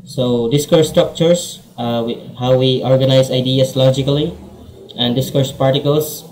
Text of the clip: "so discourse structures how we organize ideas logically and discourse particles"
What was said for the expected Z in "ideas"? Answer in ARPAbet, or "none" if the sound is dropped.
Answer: S